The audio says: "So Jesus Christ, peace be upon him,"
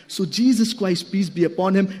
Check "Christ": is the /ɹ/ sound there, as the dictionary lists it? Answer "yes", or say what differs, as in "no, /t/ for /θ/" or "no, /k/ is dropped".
yes